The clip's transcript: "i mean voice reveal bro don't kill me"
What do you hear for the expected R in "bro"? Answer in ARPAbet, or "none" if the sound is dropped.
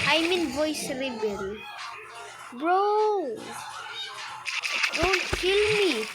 R